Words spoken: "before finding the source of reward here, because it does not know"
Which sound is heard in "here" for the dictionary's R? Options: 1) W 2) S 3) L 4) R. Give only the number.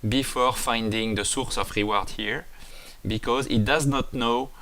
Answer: 4